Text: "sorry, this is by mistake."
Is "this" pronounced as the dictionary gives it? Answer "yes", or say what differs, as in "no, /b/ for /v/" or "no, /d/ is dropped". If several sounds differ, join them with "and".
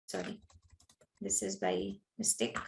yes